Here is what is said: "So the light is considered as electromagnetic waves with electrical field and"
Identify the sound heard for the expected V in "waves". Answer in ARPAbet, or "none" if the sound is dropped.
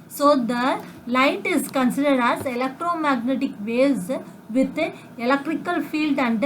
none